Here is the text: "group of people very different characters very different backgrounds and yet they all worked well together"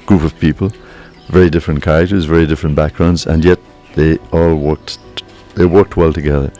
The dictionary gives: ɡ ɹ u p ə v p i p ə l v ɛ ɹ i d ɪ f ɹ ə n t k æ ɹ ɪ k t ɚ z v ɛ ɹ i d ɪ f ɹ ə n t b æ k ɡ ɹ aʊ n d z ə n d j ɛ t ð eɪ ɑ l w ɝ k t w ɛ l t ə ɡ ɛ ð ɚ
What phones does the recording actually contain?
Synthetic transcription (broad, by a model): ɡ ɹ u p ə v p i p ə l v ɛ ɹ i d ɪ f ɹ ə n k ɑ ɪ t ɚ z v ɛ ɹ i d ɪ f ɹ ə n b æ k ɡ ɹ aʊ n d z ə n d j ɛ t ð eɪ ɑ l w ɝ k t w ɛ l t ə ɡ ɛ ð ɚ